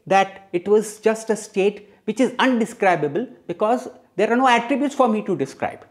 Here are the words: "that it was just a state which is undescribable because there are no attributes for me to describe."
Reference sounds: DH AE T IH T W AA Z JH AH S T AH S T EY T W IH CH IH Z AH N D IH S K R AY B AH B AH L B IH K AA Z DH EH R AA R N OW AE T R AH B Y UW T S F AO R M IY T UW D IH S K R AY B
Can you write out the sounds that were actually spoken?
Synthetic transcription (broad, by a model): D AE T IH T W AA Z JH AH S T AH S T EY T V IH CH IH Z AH N D IH S K R AY B AH B AH L B IH K AA Z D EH R AA R N OW AE T R AH B Y UW T S F AO R M IY T UW D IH S K R AY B